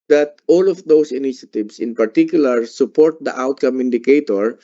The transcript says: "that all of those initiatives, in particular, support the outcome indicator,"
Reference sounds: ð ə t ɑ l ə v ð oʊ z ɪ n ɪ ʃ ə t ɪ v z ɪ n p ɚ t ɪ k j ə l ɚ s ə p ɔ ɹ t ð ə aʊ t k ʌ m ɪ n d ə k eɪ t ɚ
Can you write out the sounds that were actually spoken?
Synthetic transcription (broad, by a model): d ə t ɑ l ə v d oʊ s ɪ n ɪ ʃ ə t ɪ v s ɪ n p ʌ t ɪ k j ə l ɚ s ə p ɔ ɹ t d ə aʊ t k ʌ m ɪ n d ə k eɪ t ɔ